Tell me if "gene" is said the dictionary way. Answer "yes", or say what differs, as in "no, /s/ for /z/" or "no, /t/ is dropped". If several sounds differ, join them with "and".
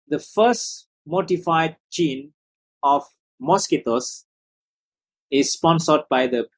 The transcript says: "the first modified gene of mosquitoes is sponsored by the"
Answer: no, /tʃ/ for /dʒ/